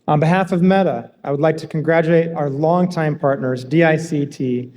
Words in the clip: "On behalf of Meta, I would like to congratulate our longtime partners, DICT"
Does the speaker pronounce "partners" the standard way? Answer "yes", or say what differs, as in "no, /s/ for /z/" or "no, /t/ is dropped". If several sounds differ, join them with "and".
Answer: yes